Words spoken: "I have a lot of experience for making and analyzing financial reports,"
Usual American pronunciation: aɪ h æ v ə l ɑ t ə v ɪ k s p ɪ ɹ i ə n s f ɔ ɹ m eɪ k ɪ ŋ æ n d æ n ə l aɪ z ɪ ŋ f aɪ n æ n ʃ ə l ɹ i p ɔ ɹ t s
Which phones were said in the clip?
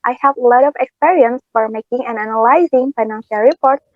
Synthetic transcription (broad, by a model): aɪ h æ v l ɑ t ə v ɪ k s p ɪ ɹ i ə n s f ɔ ɹ m eɪ k ɪ ŋ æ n æ n ə l aɪ z ɪ ŋ f aɪ n æ n ʃ ə l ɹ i p ɔ ɹ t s